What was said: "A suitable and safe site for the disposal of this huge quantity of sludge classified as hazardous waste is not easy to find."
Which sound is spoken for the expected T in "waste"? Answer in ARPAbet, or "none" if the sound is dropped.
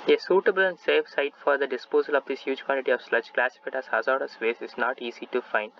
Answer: none